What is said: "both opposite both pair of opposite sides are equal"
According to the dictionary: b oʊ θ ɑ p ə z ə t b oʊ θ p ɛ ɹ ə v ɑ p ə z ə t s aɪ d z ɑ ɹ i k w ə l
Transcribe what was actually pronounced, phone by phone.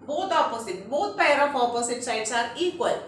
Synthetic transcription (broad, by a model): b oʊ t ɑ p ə s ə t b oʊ t p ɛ ɹ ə p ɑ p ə s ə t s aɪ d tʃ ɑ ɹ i k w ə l